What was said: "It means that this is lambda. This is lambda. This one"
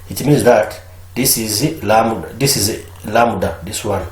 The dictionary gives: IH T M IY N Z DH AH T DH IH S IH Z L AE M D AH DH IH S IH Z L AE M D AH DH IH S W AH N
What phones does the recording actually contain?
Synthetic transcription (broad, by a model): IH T M IY N Z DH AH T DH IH S IH Z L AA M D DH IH S IH Z L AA M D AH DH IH S W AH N